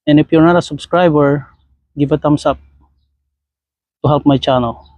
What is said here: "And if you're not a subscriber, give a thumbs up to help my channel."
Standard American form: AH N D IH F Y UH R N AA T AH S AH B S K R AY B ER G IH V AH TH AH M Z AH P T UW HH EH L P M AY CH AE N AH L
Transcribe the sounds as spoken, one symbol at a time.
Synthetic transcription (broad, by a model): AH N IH P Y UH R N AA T AH S AH B S K R AY B ER G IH B AH T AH M S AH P T UW HH EH L P M AY CH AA N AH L